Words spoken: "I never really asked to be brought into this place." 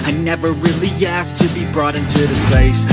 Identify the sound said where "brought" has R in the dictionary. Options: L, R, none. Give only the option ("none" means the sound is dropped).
R